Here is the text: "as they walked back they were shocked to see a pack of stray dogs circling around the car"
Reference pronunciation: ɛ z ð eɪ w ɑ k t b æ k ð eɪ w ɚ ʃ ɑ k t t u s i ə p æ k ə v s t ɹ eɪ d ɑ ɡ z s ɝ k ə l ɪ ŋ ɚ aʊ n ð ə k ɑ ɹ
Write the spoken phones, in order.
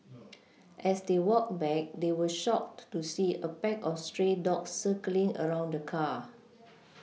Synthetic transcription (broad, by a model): ɛ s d eɪ w ɑ k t b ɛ k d eɪ w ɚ ʃ ɑ k t t u s i ə p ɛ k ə f s t ɹ eɪ d ɑ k s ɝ k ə l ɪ ŋ ɚ aʊ n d ə k ɑ